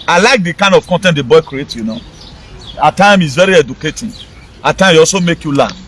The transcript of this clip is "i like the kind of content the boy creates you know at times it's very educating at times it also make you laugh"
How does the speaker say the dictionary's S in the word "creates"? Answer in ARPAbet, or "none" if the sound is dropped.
none